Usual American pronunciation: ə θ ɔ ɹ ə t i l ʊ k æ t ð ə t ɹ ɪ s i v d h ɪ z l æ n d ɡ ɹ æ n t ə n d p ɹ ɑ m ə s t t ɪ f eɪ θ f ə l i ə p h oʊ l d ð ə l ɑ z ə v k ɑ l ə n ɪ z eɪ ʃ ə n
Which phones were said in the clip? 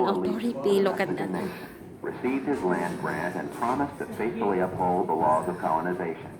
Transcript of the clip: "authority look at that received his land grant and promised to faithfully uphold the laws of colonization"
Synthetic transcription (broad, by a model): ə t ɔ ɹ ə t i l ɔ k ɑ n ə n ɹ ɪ s i v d h ɪ z l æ n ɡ ɹ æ n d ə n p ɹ ɑ m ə s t t ɪ f eɪ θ f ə l i ə p h oʊ l d ð ə l ɑ z ə v k ɑ l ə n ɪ z eɪ ʃ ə n